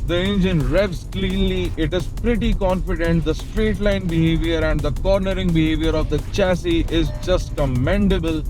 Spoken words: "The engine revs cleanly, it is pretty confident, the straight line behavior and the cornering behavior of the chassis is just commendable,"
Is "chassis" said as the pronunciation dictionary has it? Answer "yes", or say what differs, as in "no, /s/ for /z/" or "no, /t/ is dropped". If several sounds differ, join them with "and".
yes